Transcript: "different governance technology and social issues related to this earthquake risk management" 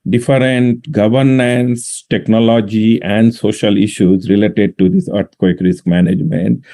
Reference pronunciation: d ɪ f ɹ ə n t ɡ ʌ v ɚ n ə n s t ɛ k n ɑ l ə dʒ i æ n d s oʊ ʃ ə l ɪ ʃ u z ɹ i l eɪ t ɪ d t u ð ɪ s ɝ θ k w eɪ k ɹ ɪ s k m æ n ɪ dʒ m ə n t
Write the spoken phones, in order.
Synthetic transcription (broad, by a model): d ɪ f ɹ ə n t ɡ ʌ v ɚ n ə n s t ɛ k n ɑ l ə dʒ i æ n d s oʊ ʃ ə l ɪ ʃ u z ɹ i l eɪ t ɪ d t u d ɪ s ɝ t k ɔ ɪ k ɹ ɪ s k m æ n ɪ dʒ m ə n t